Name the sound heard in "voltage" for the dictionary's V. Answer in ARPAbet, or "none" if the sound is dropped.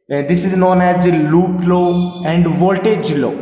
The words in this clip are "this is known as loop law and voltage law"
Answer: V